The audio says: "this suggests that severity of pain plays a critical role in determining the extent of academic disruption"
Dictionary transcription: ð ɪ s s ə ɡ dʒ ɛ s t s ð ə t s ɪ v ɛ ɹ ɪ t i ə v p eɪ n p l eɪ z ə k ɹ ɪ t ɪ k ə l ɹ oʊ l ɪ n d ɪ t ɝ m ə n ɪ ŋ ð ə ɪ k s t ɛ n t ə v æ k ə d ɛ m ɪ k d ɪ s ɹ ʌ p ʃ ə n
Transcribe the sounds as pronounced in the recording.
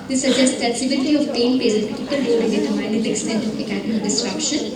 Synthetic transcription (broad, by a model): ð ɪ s s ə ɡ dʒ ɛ s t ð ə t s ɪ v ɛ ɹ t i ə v p eɪ n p eɪ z ə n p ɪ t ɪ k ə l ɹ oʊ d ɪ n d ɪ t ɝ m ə ɪ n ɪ k s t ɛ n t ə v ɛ k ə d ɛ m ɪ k d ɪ s ɹ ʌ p ʃ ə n